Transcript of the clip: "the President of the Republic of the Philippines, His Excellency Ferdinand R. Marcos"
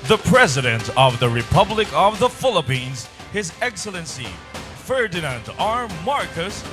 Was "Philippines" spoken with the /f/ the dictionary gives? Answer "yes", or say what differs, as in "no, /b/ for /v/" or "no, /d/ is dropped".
yes